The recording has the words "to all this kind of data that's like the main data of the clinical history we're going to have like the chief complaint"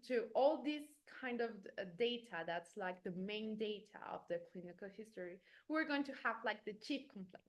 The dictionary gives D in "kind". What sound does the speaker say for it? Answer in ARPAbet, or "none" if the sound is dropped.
D